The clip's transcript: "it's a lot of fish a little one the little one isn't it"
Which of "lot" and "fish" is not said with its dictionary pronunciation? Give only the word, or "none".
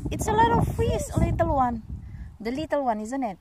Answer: fish